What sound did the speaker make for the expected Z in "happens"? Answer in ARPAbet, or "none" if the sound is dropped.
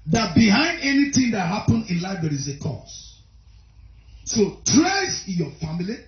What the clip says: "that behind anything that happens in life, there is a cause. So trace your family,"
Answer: none